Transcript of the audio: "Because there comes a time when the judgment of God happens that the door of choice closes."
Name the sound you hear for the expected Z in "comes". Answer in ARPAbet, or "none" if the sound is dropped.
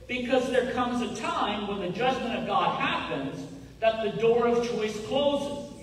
Z